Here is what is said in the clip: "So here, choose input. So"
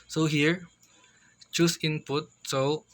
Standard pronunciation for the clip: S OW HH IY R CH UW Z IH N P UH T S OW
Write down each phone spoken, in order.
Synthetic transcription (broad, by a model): S OW HH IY R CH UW S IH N P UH T S OW